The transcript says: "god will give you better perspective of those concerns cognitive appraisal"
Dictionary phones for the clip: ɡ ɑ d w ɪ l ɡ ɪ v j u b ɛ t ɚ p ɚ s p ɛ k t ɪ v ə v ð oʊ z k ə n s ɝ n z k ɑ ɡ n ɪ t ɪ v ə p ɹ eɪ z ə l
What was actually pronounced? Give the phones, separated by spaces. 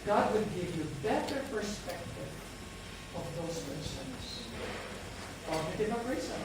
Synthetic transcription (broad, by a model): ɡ ɑ d w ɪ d ɡ ɪ v j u b ɛ t ɚ p ɚ s p ɛ k t ɪ v ə v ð oʊ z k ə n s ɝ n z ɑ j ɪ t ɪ ə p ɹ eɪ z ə